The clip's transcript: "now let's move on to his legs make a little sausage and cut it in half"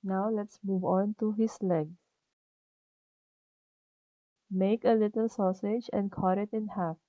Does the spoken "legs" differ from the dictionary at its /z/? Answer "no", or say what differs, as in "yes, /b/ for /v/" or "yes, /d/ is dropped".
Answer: yes, /z/ is dropped